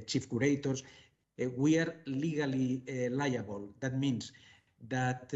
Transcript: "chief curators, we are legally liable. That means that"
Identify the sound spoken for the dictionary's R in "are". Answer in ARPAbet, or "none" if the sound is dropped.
R